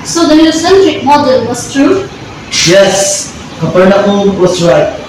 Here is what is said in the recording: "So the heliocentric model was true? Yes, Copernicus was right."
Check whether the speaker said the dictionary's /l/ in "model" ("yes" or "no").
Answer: no